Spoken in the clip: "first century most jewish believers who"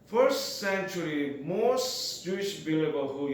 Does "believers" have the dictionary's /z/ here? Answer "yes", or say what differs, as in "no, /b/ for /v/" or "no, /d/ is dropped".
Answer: no, /z/ is dropped